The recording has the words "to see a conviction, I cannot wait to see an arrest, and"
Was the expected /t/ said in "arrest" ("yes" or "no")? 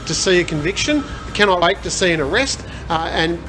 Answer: yes